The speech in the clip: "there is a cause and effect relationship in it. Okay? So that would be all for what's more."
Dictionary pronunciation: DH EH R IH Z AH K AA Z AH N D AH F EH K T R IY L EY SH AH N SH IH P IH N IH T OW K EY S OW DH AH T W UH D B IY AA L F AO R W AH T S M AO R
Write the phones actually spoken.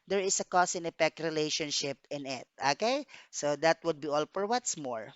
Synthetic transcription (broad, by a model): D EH R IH S AH K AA S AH N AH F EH K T R IY L EY SH AH N SH IH P IH N IH T OW K EY S OW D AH T W UH D B IY AA L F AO R W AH T S M AO R